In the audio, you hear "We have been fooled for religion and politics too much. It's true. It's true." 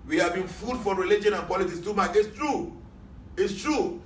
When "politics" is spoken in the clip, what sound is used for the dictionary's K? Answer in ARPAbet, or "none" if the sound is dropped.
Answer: none